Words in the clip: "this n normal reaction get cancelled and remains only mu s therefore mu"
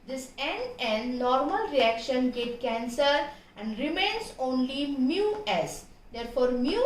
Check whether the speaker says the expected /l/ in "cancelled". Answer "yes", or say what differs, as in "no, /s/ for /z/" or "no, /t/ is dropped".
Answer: no, /l/ is dropped